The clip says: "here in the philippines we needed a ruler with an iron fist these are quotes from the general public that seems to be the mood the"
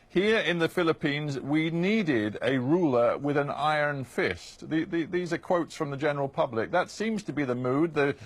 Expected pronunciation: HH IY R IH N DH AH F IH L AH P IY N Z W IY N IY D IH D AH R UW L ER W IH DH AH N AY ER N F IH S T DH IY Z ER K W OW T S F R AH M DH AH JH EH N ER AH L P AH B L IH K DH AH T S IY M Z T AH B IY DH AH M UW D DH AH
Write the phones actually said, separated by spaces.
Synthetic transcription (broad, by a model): HH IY R IH N DH AH F IH L AH P IY N Z W IY N IY D IH D AH R UW L ER W IH DH AH N AY ER N F IH S T DH IY Z ER K W OW T S F R AH M DH AH JH EH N ER L P AH B L IH K DH AH T S IY M Z T AH B IY DH AH M UW D DH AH